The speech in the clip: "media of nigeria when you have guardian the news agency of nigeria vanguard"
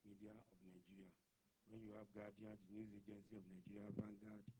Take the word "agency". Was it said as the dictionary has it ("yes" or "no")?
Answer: yes